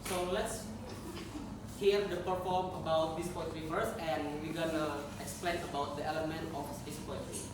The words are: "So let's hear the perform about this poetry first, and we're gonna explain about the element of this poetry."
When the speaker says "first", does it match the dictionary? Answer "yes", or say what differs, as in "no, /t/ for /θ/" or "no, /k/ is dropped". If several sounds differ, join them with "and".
no, /t/ is dropped